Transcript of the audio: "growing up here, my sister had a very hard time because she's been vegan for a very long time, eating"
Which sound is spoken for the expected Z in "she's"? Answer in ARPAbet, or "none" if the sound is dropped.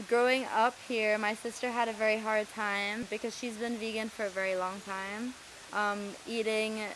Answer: Z